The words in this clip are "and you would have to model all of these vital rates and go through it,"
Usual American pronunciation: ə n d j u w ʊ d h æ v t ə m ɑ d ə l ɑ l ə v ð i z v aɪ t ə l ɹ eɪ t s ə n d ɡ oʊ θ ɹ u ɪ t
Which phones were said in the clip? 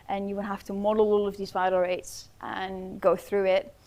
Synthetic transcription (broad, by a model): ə n j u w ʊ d h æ f t ə m ɑ d ə l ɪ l ə v ð i z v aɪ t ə ɹ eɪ t s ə n ɡ oʊ θ ɹ u ɪ t